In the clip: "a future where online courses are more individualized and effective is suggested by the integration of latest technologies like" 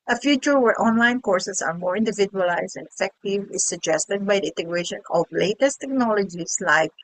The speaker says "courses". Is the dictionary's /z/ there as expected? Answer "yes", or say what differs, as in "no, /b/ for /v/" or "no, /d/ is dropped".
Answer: no, /s/ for /z/